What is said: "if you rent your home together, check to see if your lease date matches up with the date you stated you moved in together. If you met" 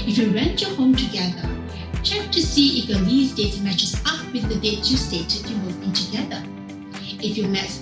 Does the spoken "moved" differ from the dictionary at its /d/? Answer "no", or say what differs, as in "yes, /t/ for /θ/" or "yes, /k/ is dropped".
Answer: yes, /d/ is dropped